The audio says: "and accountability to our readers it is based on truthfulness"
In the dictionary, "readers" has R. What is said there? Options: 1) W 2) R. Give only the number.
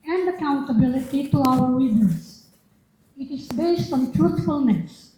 1